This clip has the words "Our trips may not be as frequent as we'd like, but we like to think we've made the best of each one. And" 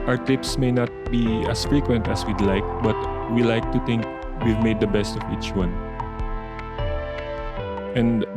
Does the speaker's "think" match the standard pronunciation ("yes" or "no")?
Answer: no